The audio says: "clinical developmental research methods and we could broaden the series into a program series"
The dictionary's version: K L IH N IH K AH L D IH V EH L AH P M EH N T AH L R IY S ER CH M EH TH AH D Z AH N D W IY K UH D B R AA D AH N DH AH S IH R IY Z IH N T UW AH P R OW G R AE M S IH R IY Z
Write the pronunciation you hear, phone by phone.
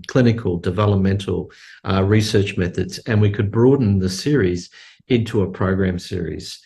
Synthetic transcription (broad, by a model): K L IH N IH K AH L D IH V EH L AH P M EH N T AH L R IY S ER CH M EH TH AH D Z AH N W IY K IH D B R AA D N DH AH S IH R IY Z IH N T UW AH P R OW G R AE M S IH R IY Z